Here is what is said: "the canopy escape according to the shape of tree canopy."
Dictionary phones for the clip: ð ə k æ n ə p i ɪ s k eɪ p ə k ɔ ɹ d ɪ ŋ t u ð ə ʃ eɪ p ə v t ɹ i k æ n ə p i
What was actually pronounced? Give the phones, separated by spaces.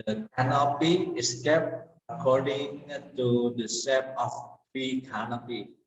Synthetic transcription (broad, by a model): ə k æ n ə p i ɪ s k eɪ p ə k ɔ ɹ d ɪ ŋ t u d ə s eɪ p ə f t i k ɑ n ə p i